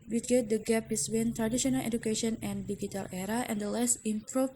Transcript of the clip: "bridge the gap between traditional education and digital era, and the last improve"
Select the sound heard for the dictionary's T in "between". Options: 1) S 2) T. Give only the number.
1